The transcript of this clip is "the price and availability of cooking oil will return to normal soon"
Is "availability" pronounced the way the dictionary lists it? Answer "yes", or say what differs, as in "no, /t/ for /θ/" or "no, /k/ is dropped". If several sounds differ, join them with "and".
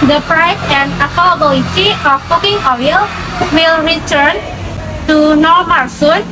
no, /p/ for /v/